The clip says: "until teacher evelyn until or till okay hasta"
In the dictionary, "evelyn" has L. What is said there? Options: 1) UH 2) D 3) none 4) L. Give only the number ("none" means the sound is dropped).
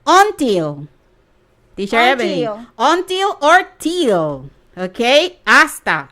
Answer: 3